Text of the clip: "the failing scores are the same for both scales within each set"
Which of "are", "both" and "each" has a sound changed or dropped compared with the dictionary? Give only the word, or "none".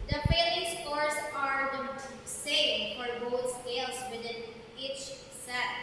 both